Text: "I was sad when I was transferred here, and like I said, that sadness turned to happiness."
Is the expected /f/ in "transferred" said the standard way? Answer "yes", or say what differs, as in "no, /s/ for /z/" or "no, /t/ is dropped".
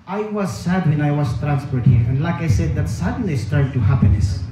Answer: no, /p/ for /f/